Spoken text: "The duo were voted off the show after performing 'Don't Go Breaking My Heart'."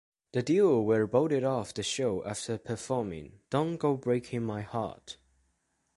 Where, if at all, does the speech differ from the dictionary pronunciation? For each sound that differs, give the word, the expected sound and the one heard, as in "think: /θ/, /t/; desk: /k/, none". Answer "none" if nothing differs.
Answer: voted: /v/, /b/